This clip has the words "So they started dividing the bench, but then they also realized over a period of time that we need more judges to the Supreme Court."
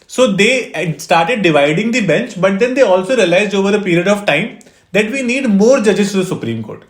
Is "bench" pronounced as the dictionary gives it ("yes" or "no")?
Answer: yes